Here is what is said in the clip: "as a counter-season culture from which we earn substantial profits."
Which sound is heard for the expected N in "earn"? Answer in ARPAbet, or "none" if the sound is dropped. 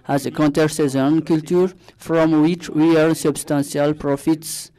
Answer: L